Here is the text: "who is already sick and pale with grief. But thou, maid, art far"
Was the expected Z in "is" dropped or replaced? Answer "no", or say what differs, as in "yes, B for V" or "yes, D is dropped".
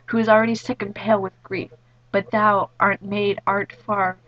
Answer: no